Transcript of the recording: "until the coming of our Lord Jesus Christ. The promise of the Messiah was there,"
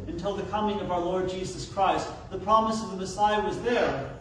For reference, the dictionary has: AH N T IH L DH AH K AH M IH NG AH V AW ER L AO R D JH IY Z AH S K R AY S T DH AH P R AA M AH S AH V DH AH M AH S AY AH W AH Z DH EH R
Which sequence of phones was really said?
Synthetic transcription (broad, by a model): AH N T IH L DH AH K AH M IH NG AH V AW ER L AO R D JH IY Z AH S K R AY S T DH AH P R AA M AH S AH V DH AH M AH S AY AH W AH Z DH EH R